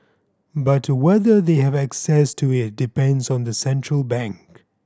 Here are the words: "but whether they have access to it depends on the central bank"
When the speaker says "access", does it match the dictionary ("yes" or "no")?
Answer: yes